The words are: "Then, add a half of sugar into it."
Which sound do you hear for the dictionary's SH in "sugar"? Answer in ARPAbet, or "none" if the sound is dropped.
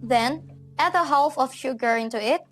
SH